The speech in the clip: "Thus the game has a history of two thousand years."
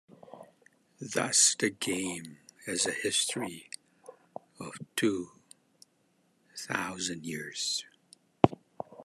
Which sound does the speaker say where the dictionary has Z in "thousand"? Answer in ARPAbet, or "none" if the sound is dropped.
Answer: Z